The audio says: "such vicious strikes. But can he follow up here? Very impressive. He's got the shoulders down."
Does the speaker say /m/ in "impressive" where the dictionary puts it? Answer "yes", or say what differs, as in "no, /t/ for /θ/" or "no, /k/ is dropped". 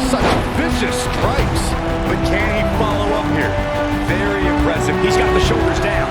no, /m/ is dropped